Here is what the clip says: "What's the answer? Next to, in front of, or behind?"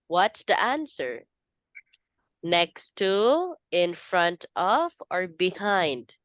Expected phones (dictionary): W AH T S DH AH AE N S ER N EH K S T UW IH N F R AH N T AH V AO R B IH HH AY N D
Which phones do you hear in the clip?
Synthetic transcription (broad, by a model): W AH T S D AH AE N S ER N EH K S T UW IH N F R AH N T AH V AO R B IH HH AY N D